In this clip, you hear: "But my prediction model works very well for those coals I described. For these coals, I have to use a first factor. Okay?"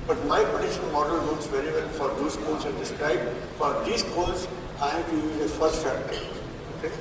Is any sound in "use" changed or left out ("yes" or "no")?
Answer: yes